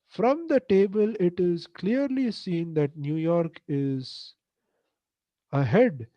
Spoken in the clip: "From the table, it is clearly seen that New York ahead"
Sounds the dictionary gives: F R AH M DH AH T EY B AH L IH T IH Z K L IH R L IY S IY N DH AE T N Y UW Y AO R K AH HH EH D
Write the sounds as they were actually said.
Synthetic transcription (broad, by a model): F R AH M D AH T EY B AH L IH T IH Z K L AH R L IY S IY N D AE T N Y UW Y AO R K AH HH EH D